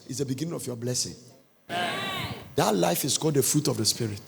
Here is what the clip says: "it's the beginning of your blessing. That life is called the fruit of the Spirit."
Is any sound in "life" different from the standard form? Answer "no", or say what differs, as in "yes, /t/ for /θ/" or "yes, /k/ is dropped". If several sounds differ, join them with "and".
no